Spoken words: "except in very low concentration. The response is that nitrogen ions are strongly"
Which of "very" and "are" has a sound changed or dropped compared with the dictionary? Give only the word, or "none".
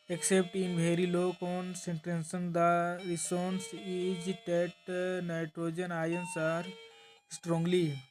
very